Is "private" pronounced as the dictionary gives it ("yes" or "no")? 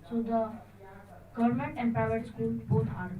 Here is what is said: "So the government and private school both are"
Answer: no